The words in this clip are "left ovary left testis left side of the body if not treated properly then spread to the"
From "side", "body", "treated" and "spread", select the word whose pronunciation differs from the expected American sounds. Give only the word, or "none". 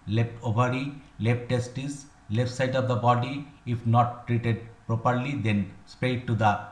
spread